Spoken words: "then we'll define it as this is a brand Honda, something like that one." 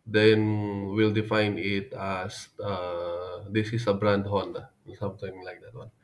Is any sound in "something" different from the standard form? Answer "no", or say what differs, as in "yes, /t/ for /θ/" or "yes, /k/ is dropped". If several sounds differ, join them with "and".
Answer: yes, /t/ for /θ/